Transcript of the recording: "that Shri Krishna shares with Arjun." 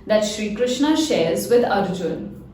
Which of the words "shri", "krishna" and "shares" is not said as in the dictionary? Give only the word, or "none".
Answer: none